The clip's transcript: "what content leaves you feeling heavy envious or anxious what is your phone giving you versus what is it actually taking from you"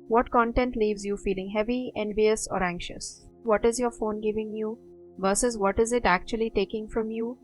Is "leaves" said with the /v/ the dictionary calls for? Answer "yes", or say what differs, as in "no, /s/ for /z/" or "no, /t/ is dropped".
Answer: yes